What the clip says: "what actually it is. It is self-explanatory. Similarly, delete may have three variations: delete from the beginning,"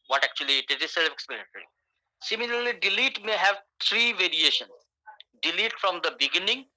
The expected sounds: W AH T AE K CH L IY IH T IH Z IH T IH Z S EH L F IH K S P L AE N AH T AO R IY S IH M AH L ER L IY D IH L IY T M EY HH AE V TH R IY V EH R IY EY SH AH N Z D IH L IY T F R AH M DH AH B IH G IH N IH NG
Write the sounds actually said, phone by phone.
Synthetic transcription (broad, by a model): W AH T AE K CH IY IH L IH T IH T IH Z S EH L F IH K S P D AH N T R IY S IH M AH L ER L IY D IH L IY T M EY HH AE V T R IY V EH R IY EY SH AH N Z D IH L IY T F R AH M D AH B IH G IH N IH NG